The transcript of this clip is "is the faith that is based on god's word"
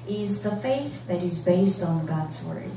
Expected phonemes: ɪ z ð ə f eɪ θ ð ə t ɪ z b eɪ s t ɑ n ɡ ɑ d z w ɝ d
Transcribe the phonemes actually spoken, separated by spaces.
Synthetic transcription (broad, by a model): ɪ z ð ə f eɪ θ ð ə t ɪ z b eɪ s t n ɡ ɑ d z w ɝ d